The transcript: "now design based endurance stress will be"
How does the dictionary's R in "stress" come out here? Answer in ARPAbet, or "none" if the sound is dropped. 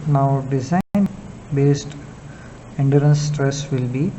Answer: R